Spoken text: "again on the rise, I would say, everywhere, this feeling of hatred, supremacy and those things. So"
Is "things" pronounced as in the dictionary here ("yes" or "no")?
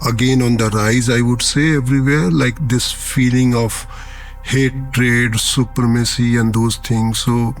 no